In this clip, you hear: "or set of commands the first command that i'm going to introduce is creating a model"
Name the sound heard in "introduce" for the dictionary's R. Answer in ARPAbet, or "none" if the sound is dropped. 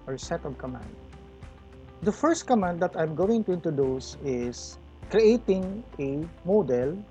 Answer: none